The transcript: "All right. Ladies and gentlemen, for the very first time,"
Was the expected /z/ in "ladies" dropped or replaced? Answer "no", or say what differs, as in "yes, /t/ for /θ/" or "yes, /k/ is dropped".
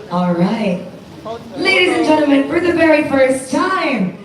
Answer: no